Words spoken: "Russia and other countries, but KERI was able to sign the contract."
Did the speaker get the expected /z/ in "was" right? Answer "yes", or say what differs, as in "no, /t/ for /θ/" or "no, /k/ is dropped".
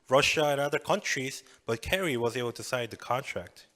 yes